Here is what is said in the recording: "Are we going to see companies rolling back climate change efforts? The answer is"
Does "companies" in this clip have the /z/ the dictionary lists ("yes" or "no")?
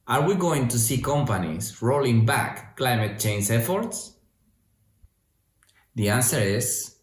no